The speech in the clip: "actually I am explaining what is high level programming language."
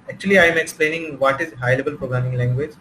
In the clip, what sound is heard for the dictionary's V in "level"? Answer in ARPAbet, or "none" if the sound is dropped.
B